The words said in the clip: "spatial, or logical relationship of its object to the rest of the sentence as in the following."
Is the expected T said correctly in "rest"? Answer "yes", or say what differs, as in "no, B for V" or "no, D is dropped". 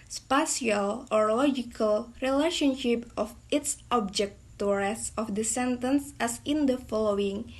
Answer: no, T is dropped